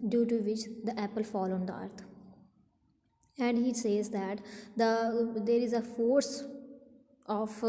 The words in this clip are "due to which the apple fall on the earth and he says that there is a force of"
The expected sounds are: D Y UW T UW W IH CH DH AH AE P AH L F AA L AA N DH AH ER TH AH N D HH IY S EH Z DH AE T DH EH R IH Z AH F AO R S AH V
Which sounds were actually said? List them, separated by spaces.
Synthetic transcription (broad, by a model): D Y UW T UW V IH CH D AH AE P AH L F AA L AA N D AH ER T AH N D HH IY S EH Z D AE T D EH R IH Z AH F AO R S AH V